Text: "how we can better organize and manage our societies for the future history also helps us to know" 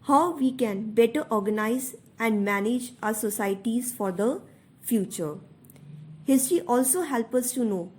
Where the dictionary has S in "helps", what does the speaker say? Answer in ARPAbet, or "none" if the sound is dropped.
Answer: none